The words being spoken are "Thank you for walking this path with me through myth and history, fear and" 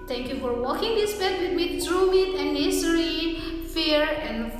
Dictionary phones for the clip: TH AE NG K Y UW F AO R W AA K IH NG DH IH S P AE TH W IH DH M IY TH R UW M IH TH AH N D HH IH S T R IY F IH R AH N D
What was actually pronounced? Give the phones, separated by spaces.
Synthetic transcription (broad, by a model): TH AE NG K Y UW F AO R W AA K IH NG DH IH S B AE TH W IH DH M IY T R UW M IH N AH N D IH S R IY F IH R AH N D